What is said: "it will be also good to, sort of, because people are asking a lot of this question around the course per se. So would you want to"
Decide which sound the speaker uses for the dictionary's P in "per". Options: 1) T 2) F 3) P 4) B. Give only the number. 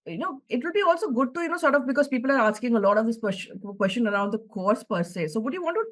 3